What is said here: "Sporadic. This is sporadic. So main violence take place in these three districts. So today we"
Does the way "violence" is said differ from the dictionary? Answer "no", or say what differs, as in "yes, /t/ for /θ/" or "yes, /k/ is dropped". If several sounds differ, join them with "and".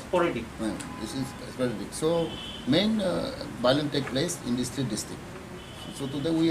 yes, /b/ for /v/